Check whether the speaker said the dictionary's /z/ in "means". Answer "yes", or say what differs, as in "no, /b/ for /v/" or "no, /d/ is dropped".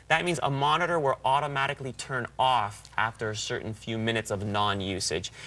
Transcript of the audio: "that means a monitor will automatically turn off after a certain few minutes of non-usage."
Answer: yes